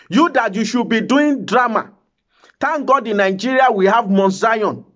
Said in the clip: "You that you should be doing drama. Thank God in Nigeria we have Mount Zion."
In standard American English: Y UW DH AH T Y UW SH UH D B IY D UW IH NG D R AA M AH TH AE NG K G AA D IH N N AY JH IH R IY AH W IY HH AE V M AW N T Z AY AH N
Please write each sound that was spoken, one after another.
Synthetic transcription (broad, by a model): Y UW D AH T Y UW SH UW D B IY D UW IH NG D R AA M AH T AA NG G AA D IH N N AY JH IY R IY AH W IY HH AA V M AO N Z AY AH N